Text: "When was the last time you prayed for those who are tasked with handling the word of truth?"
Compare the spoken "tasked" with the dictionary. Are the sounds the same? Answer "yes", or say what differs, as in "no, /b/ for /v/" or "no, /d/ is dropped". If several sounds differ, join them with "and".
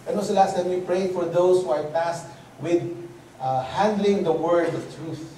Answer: no, /k/ is dropped